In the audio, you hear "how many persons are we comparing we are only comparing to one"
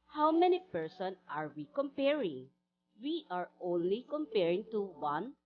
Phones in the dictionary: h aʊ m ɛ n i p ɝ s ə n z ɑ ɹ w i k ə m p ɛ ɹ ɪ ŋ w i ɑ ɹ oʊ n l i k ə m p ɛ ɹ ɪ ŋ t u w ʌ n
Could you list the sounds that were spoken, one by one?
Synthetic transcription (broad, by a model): h aʊ m ɛ n i p ɝ s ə n ɑ ɹ w i k ə m p ɛ ɹ ɪ ŋ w i ɑ ɹ oʊ n l i k ə m p ɛ ɹ ɪ ŋ t u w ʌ n